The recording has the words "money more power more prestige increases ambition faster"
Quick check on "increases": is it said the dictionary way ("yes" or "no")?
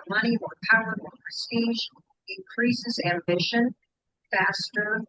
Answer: yes